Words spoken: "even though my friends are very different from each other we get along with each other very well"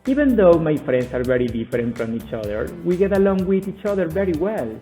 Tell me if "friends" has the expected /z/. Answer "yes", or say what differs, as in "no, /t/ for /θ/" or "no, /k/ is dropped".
no, /s/ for /z/